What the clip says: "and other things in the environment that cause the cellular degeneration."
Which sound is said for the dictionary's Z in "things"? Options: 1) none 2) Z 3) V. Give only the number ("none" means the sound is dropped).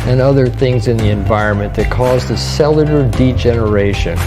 2